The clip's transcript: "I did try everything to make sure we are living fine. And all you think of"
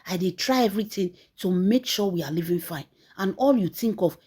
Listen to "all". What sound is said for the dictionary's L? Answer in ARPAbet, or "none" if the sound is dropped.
L